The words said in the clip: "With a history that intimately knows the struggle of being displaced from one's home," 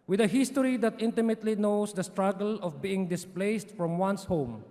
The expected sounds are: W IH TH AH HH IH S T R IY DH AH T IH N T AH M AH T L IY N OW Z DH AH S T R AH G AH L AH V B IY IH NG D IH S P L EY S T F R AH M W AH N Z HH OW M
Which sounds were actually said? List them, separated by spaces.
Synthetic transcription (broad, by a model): W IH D AH HH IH S T R IY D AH T IH N T AH M AH T L IY N OW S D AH S T R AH G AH L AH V B IY IH NG D IH S P L EY S T F R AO M W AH N S HH OW M